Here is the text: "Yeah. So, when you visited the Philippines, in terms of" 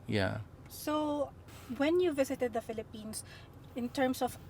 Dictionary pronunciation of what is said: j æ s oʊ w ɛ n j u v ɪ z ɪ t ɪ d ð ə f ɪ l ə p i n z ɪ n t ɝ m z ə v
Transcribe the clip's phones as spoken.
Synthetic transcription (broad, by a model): j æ s oʊ w ɛ n j u v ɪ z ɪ t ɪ d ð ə f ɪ l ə p i n s ɪ n t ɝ m s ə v